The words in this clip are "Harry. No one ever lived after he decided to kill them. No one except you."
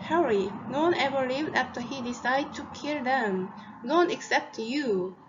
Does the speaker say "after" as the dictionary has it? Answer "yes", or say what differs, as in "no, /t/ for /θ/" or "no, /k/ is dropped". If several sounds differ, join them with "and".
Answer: yes